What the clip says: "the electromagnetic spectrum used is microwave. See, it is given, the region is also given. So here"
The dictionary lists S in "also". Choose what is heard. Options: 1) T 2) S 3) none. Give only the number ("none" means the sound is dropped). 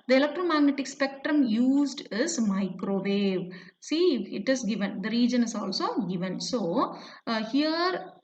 2